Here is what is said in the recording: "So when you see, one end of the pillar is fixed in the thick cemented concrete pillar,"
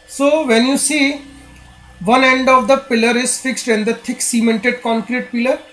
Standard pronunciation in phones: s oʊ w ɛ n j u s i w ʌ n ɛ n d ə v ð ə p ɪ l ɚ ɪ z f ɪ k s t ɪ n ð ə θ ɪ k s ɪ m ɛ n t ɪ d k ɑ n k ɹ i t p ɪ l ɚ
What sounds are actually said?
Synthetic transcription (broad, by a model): s oʊ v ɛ n j u s i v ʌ n ɛ n d ə v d ə p ɪ l ɚ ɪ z f ɪ k s t ɪ n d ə t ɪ k s ɪ m ɛ n t ɪ d k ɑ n k ɹ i t p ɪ l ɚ